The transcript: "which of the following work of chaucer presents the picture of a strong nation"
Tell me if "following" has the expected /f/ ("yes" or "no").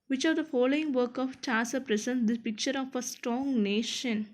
yes